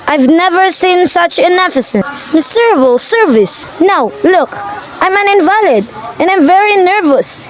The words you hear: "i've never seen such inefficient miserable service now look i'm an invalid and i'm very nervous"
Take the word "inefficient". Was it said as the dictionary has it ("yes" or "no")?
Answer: no